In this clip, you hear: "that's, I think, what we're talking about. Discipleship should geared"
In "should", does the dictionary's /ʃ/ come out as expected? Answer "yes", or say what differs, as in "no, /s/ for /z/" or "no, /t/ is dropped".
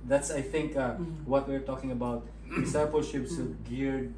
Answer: no, /s/ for /ʃ/